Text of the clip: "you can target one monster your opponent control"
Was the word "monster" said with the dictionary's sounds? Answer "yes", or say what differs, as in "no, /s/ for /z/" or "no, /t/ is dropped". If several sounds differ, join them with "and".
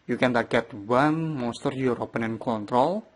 no, /n/ is dropped